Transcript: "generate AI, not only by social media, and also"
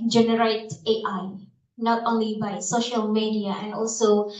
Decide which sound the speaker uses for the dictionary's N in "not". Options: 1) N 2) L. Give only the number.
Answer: 1